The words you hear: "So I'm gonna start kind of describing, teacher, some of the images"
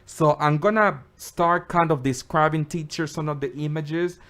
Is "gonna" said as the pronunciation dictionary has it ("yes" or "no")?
yes